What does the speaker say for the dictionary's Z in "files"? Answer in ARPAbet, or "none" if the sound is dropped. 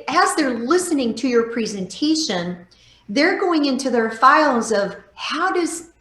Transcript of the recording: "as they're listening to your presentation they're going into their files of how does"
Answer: Z